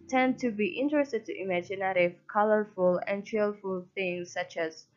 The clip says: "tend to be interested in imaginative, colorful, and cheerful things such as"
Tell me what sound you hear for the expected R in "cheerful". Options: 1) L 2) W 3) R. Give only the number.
1